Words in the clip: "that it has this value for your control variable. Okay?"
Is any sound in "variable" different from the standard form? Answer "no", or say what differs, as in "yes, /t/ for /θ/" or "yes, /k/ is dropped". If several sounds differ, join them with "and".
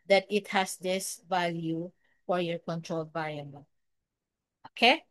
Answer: yes, /ɹ/ is dropped